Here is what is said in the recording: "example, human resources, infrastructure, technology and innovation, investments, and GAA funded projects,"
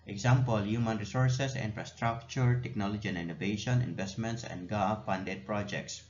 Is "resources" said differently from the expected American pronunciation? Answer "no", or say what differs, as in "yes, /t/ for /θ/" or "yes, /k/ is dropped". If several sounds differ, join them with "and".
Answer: yes, /s/ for /z/